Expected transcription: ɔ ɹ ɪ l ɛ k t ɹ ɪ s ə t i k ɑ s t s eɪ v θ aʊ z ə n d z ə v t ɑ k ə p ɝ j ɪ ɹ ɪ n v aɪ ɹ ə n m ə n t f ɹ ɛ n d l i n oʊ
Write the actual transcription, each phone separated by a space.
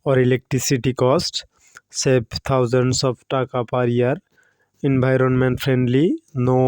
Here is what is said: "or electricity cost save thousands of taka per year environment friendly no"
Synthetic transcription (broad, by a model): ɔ ɹ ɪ l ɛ k t ɹ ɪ s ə t i k ɑ s t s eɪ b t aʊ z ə n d s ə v t ɑ k ə p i j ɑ ɹ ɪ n b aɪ ɹ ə n m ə n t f ɹ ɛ n d l i n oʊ